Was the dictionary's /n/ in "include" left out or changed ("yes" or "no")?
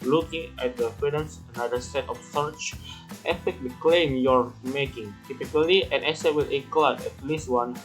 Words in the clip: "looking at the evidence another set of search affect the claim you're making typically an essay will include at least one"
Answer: yes